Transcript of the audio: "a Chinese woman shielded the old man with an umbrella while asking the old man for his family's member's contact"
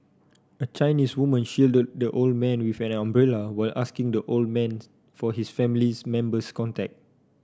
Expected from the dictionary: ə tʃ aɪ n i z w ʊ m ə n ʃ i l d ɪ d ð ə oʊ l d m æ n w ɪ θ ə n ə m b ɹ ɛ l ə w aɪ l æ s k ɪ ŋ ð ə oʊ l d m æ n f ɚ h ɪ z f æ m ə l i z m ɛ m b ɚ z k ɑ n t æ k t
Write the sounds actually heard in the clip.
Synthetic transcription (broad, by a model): ə tʃ aɪ n i s w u m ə n ʃ i l d ɪ d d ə oʊ l d m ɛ n w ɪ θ ə n ə m b ɹ ɛ l ə w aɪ l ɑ s k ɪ ŋ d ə oʊ l d m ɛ n f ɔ h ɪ s f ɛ m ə l i s m ɛ m b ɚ s k ɑ n t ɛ k t